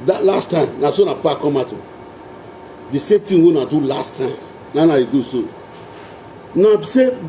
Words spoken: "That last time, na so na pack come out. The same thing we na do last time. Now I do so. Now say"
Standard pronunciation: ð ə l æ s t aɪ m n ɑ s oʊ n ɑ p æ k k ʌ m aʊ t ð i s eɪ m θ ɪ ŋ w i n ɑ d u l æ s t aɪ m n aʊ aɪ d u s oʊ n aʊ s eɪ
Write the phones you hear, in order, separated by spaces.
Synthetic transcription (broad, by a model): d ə l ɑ s t aɪ m n ɑ s oʊ n ɑ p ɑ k k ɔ m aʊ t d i s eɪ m t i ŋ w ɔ n ɑ d u l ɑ s t aɪ m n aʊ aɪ d u s oʊ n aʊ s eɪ